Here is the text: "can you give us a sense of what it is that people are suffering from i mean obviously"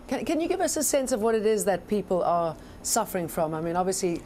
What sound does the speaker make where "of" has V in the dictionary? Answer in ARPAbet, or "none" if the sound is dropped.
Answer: V